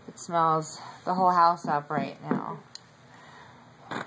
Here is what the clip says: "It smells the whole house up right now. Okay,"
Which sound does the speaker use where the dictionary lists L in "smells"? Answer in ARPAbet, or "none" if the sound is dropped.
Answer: L